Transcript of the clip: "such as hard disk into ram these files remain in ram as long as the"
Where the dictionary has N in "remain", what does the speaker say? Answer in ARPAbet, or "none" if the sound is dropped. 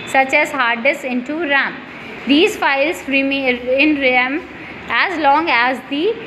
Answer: none